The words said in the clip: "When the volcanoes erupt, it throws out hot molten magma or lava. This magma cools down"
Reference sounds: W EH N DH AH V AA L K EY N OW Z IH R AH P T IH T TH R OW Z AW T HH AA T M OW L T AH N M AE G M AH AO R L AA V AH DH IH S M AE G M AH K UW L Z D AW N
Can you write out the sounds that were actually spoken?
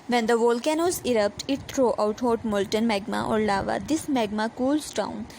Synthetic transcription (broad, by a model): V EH N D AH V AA L K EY N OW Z IH R AH P T IH T T R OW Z AW T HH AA T M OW L T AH N M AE G M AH AO R L AA V AH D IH S M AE G M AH K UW L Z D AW N